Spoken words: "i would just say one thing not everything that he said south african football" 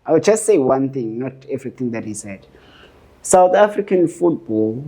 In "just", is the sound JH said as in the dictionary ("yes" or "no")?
yes